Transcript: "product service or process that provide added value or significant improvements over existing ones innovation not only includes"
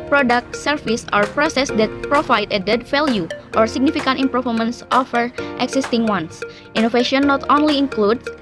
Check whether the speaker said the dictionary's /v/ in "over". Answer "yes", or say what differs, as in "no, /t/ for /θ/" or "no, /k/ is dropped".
no, /f/ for /v/